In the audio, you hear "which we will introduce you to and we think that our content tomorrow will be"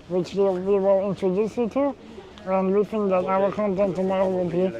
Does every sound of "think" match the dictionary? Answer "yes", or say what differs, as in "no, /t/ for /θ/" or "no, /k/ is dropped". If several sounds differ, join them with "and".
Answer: no, /f/ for /θ/